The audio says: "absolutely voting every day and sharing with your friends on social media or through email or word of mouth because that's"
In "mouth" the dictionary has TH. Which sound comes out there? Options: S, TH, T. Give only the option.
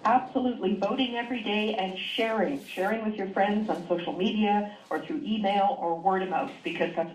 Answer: S